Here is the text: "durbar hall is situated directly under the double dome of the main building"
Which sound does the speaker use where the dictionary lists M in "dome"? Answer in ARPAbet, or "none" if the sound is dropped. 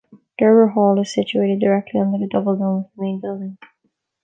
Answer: none